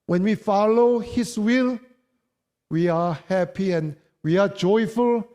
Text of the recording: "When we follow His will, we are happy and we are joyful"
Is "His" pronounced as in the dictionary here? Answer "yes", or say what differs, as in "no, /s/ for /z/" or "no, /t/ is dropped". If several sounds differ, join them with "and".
no, /s/ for /z/